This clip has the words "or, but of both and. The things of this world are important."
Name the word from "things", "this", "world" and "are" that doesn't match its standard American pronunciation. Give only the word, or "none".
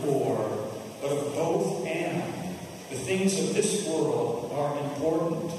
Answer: none